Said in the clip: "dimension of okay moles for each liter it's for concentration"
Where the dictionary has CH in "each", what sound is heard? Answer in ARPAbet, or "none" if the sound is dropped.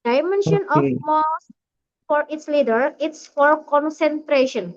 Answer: S